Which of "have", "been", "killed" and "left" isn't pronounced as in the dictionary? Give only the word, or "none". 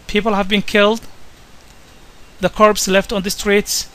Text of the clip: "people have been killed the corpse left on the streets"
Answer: none